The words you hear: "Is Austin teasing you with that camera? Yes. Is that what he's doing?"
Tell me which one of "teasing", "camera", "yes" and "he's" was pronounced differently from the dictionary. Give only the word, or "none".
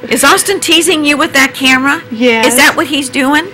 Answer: yes